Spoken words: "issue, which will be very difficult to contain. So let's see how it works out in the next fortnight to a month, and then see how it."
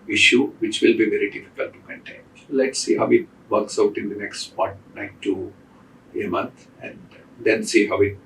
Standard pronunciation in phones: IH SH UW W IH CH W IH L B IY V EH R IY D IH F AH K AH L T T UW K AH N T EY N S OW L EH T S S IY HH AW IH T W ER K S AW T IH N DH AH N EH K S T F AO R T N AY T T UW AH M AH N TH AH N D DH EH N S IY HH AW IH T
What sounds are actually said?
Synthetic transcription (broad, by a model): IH SH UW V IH CH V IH L B IY V EH R IY D IH F AH K AH L T T UW K AH N T EY N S L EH T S S IY HH AW IH T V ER K S AW T IH N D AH N EH K S T P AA R T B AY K T UW AH M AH N T AH N D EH N S IY HH AW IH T